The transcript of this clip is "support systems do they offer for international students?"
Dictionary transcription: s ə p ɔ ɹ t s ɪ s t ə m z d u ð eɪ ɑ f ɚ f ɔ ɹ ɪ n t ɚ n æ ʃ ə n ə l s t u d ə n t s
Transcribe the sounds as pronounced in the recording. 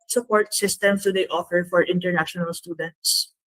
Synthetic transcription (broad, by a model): s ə p ɔ ɹ t s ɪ s t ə m s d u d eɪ ɑ f ɚ f ɔ ɹ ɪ n t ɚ n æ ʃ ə n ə l s t u d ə n t s